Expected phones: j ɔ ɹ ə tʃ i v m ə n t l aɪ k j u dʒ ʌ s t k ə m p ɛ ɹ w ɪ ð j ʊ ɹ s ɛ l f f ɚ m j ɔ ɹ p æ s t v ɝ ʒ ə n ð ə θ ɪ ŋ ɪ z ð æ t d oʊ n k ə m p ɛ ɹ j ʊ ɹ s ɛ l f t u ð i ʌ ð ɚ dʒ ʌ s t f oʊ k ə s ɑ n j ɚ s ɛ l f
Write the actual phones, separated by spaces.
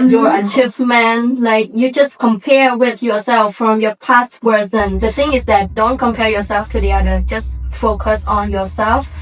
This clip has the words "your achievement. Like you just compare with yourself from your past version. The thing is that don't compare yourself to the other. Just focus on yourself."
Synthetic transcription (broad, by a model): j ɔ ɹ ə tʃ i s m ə n l aɪ k j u dʒ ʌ s k ə m p ɛ ɹ w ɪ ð j ʊ ɹ s ɛ l f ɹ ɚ m j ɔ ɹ p æ s t w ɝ z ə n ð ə θ ɪ ŋ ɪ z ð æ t d oʊ n k ə m p ɛ ɹ j ʊ ɹ s ɛ l f t u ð i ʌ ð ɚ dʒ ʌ s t f oʊ k ə s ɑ n j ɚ s ɛ l f